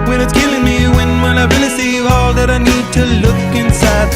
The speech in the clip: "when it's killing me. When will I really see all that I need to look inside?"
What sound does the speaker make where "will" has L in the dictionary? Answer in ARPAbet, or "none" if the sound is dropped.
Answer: N